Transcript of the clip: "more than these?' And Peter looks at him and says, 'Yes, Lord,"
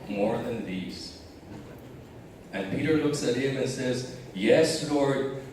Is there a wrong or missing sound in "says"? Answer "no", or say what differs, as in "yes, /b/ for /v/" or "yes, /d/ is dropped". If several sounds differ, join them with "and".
no